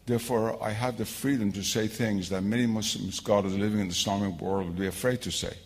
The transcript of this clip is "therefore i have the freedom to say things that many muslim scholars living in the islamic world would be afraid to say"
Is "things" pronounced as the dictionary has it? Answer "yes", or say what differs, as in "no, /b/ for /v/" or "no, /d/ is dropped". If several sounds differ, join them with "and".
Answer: yes